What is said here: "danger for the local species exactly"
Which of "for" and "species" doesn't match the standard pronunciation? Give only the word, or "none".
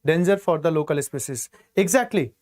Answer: species